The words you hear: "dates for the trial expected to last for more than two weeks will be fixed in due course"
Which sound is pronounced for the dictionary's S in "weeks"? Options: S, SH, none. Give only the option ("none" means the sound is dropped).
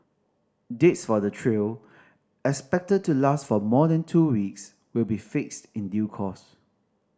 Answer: S